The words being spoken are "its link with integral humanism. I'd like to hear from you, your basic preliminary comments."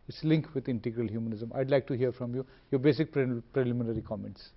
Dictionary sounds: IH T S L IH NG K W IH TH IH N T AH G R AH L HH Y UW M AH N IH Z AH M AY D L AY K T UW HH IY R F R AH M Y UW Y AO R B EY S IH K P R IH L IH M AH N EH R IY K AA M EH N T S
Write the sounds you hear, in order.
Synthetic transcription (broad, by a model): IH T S L IH NG K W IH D IH N T AH G R AH L HH Y UW M AH N IH Z AH M AY D L AY K T UW HH IY R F R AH M Y UW Y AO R B EY S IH K P R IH L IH M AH N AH R IY K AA M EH N T S